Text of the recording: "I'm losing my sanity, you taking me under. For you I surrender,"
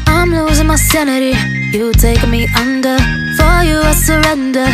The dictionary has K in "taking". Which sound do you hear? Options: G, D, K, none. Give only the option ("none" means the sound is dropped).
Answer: none